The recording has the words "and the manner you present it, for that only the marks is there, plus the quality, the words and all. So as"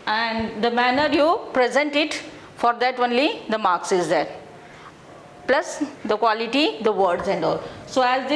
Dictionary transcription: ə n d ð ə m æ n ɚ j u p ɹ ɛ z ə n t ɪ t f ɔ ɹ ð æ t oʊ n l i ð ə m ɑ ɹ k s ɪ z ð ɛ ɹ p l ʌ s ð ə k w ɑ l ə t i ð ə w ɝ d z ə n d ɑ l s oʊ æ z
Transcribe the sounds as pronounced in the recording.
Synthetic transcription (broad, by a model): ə n d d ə m æ n ɚ j u p ɹ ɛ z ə n t ɪ t f ɔ ɹ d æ t oʊ n l i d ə m ɑ ɹ k s ɪ z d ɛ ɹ p l ʌ s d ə k w ɑ l ə t i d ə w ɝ d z ə n d ɑ l s oʊ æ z